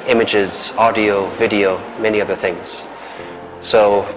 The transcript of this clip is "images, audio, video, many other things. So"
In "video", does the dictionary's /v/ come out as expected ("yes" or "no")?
yes